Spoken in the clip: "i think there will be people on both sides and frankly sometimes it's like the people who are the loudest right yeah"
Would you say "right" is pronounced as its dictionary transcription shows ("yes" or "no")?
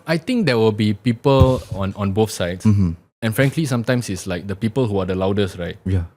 yes